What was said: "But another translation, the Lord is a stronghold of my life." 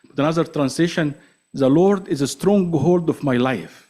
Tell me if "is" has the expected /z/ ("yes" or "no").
yes